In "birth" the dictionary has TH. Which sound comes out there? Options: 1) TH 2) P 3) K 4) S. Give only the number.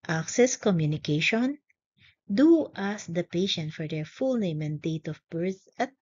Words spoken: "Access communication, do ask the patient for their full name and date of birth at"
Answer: 4